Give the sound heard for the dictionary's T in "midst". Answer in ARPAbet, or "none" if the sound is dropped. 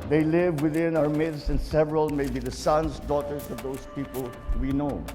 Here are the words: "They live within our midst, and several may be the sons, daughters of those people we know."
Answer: none